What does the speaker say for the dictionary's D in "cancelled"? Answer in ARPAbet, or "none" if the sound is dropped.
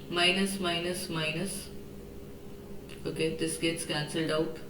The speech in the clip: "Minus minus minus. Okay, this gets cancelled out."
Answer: D